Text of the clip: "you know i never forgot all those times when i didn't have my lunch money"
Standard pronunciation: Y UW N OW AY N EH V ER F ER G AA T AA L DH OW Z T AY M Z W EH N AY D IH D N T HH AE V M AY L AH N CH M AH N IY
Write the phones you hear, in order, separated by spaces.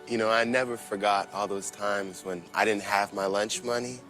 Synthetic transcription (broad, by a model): Y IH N OW AY N EH V ER F ER G AA T AA L DH OW Z T AY M Z W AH N AY D IH D N T HH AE V M AY L AH N CH M AH N IY